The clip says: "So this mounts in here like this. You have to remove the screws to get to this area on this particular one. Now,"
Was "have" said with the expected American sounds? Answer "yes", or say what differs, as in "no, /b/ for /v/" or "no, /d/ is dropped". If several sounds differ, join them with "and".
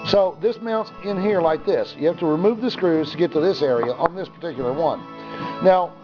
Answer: no, /f/ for /v/